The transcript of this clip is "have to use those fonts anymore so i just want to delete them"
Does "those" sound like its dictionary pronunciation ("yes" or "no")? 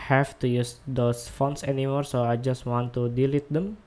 no